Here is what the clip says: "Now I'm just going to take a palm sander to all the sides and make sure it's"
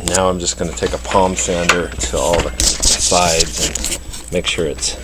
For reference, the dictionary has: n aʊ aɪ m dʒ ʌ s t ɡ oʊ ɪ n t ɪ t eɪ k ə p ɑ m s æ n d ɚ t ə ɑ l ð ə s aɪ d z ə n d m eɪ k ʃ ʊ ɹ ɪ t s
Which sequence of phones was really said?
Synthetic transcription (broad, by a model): n aʊ aɪ m dʒ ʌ s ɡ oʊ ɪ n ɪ t eɪ k ə p ɑ m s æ n d ɚ t ə ɑ l ð ə s aɪ d z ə n m eɪ k ʃ ʊ ɹ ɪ t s